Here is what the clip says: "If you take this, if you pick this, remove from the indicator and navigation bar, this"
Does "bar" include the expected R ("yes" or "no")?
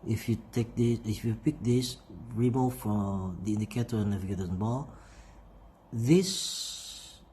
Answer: no